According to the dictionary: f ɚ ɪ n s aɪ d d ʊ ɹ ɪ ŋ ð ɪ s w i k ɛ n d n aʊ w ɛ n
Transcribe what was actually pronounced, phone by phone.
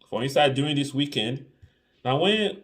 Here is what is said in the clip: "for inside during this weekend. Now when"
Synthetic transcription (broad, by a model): f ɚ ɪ n s aɪ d d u ɪ ŋ ð ɪ s w i k ɛ n d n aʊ w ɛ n